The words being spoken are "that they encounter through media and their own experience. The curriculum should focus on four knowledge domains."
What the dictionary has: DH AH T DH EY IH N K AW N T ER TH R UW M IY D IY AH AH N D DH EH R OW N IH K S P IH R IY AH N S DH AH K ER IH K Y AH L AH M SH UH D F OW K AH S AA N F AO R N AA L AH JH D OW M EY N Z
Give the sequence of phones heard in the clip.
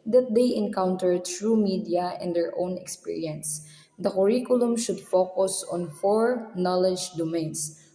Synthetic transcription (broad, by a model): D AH T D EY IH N K AW N T ER T R UW M IY D IY AH AH N D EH R OW N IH K S P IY R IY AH N S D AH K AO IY K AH L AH M SH UH D F OW K AH S AA N F AO R N AA L AH JH D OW M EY N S